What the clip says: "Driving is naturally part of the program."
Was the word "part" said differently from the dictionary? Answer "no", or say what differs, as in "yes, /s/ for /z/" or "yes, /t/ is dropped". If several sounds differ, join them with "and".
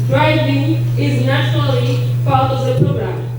yes, /l/ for /ɹ/